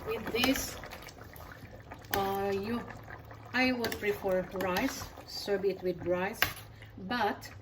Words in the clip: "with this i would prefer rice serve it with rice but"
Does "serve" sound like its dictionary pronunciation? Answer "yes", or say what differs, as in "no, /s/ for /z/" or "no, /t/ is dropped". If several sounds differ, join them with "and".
no, /b/ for /v/